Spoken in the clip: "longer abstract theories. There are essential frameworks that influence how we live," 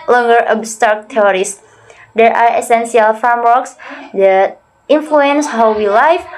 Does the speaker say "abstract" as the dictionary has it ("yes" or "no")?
no